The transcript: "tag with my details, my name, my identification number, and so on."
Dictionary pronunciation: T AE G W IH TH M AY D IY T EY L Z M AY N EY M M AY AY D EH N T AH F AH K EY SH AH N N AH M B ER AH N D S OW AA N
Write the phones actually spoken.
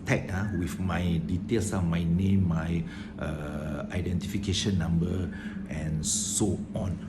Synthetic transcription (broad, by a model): T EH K W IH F M AY D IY T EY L S M AY N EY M M AY AY D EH N T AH F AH K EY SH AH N N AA M B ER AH N S OW AA N